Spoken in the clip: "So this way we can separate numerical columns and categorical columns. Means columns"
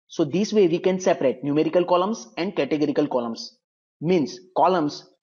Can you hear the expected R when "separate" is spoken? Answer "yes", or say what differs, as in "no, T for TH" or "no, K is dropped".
yes